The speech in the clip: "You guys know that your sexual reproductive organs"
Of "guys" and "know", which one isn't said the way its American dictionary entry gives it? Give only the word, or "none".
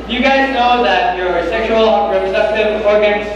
none